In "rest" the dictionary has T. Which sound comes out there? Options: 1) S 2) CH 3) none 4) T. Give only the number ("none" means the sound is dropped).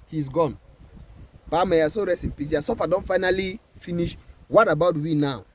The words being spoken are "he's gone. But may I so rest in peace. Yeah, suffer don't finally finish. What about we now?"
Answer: 3